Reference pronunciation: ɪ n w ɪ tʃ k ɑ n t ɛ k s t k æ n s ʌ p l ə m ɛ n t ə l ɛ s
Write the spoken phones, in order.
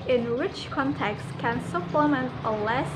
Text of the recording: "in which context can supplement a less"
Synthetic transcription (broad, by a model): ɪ n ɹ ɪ tʃ k ɑ n t ɛ k s t k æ n s ʌ p l ə m ɛ n t ə l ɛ s